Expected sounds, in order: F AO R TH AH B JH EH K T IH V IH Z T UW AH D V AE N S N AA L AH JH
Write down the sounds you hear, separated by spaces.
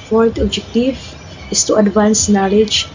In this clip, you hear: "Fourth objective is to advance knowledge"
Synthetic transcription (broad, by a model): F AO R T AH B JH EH K T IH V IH S T UW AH D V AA N S N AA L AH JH